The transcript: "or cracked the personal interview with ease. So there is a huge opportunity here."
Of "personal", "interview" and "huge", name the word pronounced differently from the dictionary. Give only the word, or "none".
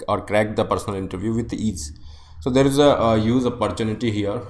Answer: huge